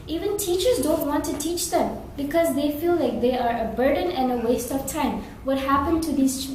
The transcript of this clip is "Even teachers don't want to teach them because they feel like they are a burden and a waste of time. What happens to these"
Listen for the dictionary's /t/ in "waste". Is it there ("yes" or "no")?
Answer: yes